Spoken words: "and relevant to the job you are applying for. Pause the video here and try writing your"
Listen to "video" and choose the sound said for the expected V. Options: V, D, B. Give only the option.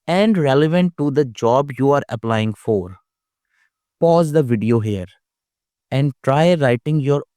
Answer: V